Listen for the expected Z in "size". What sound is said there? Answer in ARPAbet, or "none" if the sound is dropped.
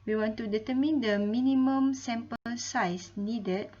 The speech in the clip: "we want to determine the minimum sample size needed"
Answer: S